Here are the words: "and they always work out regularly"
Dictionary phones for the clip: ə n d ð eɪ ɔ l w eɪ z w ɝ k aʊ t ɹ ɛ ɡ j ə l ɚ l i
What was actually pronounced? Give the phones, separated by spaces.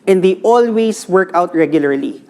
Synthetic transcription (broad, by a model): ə n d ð ɔ l w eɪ s w ɝ k aʊ t ɹ ɛ ɡ j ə l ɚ l i